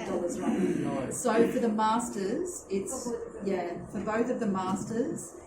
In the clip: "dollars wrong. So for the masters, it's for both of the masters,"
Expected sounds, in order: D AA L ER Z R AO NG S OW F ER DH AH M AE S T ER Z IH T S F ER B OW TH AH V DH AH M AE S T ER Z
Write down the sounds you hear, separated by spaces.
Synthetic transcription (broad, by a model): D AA L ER Z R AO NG S OW F ER DH AH M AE S T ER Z IH T S F ER B OW TH AH V DH AH M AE S T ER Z